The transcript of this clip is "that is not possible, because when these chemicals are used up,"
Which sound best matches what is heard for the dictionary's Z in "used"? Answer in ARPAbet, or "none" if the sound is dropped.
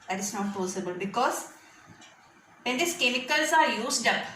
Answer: S